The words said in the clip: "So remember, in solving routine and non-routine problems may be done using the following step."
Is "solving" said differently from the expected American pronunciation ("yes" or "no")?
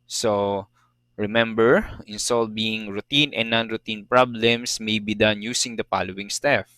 yes